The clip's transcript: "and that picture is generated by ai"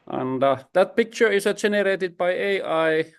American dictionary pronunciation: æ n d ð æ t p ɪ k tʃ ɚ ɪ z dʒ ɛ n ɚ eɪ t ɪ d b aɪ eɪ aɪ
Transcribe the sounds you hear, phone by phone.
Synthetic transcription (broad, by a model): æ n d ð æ t p ɪ k tʃ ɚ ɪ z dʒ ɛ n ɚ eɪ t ɪ d b aɪ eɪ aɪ